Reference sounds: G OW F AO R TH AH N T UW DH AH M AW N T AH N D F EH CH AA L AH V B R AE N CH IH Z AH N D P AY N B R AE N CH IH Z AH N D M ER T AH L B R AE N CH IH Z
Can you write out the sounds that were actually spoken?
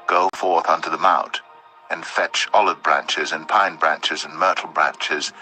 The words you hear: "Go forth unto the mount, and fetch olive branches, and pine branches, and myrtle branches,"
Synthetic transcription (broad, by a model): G OW F AO R TH AH N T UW DH AH M AW N T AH N F EH CH AA L AH V B R AE N CH IH Z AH N P AY N B R AE N CH IH Z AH N M ER T L B R AE N CH IH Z